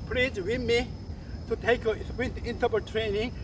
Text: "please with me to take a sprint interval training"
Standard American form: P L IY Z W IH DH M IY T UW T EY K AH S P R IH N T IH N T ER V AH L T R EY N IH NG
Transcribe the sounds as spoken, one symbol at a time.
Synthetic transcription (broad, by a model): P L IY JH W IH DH M IY T UW T EY K AH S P IH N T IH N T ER P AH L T R EY N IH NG